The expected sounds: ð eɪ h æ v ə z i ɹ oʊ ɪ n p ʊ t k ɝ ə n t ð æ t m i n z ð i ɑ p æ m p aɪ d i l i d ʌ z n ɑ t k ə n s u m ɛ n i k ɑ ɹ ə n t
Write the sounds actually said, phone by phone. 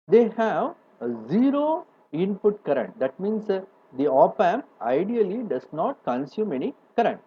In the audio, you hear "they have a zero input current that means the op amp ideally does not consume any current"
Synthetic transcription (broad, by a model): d eɪ h æ v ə z i ɹ oʊ ɪ n p ʊ t k ɝ ə n t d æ t m i n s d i ɑ p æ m aɪ d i l i d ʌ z n ɑ t k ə n s u m ɛ n i k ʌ ɹ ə n t